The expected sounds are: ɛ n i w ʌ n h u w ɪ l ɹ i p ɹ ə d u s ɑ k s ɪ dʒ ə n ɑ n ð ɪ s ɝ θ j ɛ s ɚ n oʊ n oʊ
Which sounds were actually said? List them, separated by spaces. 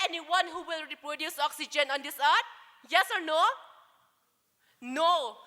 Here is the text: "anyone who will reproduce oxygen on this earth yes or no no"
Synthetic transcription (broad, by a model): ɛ n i w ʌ n h u w ɪ l ɹ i p ɹ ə d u s ɑ k s ɪ dʒ ə n ɑ n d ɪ s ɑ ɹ j ɛ s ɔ n oʊ n oʊ